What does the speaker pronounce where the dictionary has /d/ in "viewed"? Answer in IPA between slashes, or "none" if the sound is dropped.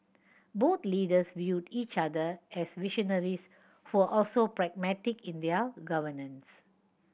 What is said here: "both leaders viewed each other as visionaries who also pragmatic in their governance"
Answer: /d/